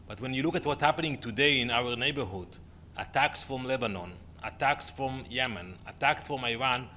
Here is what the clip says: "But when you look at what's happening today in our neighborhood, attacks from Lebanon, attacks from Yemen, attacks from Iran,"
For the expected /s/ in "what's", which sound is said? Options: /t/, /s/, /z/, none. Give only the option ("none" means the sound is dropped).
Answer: none